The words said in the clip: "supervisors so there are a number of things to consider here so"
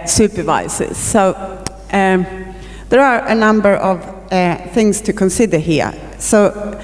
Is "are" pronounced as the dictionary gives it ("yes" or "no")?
yes